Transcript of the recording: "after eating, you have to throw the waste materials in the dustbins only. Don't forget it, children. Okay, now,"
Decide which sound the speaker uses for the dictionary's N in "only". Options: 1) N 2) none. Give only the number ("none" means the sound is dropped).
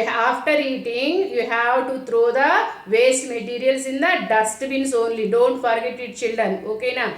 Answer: 1